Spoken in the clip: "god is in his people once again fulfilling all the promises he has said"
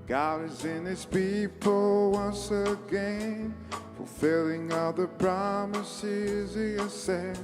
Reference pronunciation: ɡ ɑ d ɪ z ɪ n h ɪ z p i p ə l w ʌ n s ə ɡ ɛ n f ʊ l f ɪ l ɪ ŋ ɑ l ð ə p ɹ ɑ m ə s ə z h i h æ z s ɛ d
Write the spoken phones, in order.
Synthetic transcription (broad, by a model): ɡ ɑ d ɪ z ɪ n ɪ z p i p l w ʌ n s ə ɡ ɛ n f ʊ l f ɪ l ɪ ŋ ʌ ð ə p ɹ ɑ m ə s ə z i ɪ s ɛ